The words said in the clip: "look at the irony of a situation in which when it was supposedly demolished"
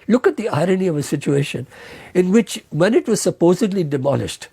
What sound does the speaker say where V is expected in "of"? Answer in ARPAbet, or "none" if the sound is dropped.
V